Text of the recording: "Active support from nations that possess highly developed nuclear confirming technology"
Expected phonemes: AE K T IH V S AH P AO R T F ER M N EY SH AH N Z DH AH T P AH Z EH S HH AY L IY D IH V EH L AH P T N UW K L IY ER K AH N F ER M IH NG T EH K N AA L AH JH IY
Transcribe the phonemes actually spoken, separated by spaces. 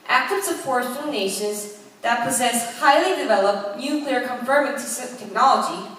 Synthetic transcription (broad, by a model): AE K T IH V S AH F AO R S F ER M N EY SH AH N Z DH AH T P AH Z EH S HH AY L IY D IH V EH L AH P T N UW K L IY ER K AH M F ER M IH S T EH K N AA L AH JH IY